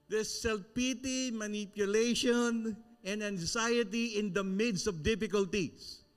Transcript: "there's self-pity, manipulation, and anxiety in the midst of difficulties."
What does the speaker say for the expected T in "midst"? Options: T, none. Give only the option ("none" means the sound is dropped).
none